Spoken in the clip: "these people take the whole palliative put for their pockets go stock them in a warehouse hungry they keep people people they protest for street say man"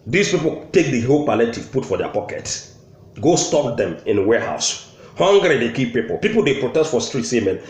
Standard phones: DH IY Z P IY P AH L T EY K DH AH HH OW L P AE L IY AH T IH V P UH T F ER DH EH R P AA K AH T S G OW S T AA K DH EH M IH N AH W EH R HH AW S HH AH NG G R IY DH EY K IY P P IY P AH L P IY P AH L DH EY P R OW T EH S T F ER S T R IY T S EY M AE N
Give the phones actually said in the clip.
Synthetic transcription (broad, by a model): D IY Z P IY P AH L T EY K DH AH HH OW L P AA L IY T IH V P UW T F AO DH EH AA P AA K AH T G OW S T AA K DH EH M IH N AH W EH HH AW S HH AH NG G R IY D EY K IY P P IY P AH L P IY P AH L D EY P R OW T EH S T F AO S T R IY T S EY M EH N